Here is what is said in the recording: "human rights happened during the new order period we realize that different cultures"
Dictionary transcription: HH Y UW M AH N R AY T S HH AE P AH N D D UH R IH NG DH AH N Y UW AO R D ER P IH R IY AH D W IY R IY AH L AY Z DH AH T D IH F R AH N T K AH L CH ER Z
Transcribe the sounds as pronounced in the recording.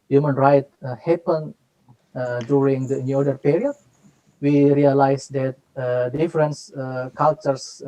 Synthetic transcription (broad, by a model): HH Y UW M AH N R AY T HH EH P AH N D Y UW R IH NG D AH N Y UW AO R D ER P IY R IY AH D W IY R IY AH L AY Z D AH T D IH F R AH N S K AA L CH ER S